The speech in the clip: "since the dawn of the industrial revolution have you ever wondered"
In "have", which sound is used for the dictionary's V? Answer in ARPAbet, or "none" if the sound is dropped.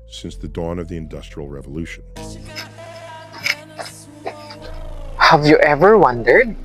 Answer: V